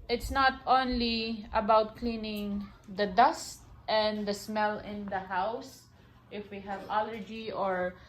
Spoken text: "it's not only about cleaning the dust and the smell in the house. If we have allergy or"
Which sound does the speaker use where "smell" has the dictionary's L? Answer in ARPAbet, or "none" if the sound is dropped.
L